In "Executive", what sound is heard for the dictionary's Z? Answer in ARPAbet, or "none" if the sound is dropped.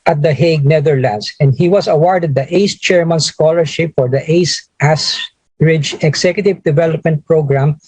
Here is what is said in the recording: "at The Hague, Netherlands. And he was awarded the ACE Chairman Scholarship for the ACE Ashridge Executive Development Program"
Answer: S